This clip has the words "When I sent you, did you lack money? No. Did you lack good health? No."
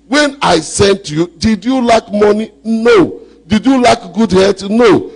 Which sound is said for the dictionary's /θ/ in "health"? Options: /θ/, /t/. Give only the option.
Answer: /t/